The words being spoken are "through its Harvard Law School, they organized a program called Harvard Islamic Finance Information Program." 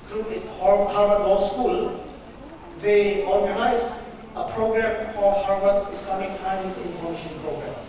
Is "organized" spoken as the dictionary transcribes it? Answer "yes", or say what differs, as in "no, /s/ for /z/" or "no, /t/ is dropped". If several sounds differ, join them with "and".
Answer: no, /d/ is dropped